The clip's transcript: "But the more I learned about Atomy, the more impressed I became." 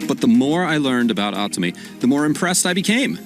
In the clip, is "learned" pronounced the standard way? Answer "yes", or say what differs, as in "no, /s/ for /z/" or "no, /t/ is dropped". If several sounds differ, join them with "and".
yes